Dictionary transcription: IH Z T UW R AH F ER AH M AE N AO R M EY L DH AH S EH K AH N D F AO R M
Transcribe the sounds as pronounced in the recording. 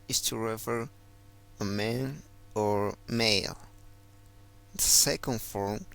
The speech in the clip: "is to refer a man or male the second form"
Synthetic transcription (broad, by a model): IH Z T UW R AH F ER AH M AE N AO R M EY L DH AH S EH K AH N D F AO R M